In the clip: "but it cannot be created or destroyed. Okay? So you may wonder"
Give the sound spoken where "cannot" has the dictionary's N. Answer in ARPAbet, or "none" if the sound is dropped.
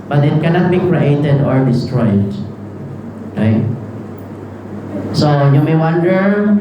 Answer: N